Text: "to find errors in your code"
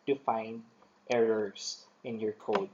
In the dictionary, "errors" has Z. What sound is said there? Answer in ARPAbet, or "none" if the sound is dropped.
S